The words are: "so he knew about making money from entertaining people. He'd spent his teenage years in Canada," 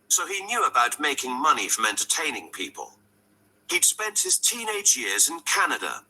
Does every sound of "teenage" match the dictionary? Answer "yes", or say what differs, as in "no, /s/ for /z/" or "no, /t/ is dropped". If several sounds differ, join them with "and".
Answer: yes